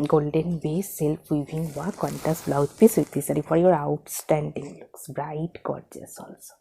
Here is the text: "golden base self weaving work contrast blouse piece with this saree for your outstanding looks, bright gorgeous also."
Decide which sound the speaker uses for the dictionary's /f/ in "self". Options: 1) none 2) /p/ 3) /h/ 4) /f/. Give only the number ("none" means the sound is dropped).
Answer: 2